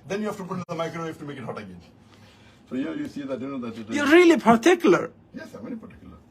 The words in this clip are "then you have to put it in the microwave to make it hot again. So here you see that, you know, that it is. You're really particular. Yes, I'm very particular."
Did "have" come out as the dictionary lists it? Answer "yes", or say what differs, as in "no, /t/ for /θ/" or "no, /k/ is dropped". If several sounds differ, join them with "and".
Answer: no, /f/ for /v/